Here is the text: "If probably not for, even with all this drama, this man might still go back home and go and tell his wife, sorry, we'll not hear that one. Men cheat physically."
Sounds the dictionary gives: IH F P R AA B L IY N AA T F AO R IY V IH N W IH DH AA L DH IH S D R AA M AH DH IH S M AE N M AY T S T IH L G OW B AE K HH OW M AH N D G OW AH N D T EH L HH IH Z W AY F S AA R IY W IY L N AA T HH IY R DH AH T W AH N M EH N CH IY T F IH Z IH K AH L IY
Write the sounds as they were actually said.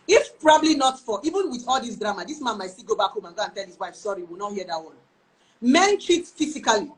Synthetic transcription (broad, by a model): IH F P R AA B L IY N AA T F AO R IY V IH N W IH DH AA L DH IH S D R AA M AH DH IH S M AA N M AY T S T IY G OW B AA K HH OW M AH N G OW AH N T EH L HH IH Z W AY F S AA R IY W IY L N AA T HH IY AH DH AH T W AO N M EH N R IY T F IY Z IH K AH L IY